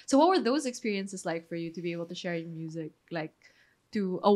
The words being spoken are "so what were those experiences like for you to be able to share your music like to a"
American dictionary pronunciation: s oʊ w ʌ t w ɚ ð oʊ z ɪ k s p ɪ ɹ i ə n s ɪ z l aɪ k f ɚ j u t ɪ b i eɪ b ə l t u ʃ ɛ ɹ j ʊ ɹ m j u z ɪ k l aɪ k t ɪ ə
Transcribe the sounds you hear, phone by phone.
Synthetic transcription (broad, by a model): s oʊ w ʌ t w ɚ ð oʊ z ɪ k s p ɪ ɹ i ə n s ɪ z l aɪ k f ɚ j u t ɪ b i eɪ b ə l t u ʃ ɛ ɹ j m j u z ɪ k l aɪ k t ɪ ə